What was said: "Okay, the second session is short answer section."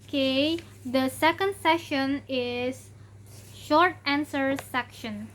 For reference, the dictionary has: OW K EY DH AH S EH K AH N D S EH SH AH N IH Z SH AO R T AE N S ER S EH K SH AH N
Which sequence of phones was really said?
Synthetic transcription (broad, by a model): K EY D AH S EH K AH N D S EH SH AH N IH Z SH AO R T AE N S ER S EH K SH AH N